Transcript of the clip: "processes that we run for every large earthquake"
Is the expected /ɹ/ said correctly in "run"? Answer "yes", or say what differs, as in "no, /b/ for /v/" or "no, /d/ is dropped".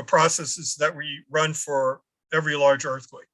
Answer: yes